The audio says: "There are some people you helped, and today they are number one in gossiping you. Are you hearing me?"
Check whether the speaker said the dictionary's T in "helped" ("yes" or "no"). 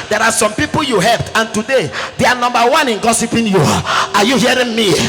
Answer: yes